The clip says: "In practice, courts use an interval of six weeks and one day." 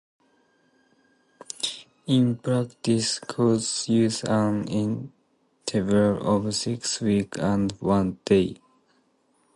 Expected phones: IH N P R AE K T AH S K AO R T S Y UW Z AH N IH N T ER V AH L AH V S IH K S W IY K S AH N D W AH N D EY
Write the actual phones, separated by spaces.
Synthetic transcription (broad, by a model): IH N P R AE K T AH S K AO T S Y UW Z AH N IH N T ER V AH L AH V S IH K S W IY K AH N D W AH N D EY